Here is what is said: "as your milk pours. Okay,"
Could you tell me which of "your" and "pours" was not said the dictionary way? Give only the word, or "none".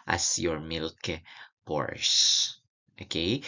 pours